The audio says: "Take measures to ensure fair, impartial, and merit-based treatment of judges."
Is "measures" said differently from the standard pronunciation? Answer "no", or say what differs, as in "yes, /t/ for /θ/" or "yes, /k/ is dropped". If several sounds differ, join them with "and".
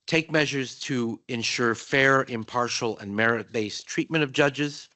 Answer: no